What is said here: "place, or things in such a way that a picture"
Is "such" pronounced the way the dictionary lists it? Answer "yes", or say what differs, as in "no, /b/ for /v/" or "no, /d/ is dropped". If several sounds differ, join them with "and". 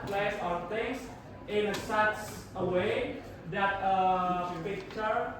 no, /s/ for /tʃ/